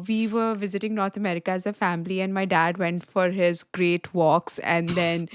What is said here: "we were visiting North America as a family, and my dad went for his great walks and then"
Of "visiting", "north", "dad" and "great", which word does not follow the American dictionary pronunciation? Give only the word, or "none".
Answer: north